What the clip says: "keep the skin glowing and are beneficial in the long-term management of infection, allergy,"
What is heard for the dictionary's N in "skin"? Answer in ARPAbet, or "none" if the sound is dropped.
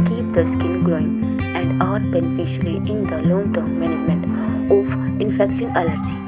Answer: L